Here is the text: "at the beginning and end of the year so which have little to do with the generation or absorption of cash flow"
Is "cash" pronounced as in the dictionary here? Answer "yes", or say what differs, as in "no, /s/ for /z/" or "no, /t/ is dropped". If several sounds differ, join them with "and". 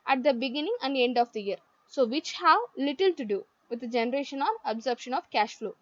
yes